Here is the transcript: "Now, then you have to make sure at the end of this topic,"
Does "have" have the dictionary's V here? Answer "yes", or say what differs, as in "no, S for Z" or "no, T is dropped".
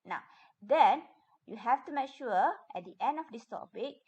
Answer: no, F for V